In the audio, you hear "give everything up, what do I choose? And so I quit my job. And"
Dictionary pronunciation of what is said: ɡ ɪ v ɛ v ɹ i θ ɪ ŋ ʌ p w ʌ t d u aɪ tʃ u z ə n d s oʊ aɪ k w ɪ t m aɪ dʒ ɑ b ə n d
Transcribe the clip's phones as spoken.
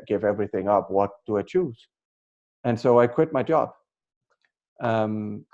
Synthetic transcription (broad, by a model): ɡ ɪ v ɛ v ɹ i θ ɪ ŋ ʌ p w ʌ t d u aɪ tʃ u z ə n s oʊ aɪ k w ɪ t m aɪ dʒ ɑ b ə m